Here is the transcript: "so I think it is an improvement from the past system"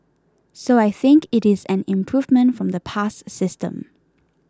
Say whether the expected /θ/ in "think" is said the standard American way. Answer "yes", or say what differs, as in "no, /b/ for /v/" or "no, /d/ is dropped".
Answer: yes